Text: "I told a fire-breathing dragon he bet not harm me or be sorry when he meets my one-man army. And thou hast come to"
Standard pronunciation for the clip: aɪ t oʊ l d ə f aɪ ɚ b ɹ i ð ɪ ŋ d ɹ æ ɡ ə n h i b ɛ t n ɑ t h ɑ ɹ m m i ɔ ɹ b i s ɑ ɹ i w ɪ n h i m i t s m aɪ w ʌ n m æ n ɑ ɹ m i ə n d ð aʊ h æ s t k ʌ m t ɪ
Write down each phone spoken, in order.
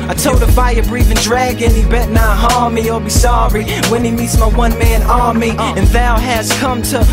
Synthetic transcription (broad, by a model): aɪ t oʊ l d ə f aɪ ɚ b ɹ i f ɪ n d ɹ æ ɡ ə n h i b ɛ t n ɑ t h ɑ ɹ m m i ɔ l b i s ɑ ɹ i w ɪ n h i m i t s m aɪ w ʌ n m æ n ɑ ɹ m i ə n ð aʊ h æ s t k ʌ m t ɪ